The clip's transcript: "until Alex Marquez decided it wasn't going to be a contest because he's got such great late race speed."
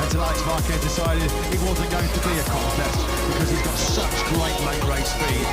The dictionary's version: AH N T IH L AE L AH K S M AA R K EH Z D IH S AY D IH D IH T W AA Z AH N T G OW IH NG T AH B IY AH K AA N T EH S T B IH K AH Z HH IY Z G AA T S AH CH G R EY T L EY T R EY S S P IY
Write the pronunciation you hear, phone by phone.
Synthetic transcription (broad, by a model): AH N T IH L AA AH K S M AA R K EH D IH S AY D IH D IH T W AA Z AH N G OW IH NG T AH B IY AH K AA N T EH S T B IH K AH Z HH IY Z G AA T S AH CH G R EY T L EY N R EY S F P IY